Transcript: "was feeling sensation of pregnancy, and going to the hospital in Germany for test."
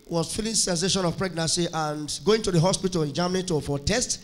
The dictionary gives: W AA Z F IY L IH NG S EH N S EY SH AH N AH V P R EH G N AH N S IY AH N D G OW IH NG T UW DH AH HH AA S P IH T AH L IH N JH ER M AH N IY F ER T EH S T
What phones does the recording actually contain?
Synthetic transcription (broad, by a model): W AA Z F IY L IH S EH N S EY SH AH N AH V P R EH G N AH N S IY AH N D G OW IH NG T UW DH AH HH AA S P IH T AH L IH N JH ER M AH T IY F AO T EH S T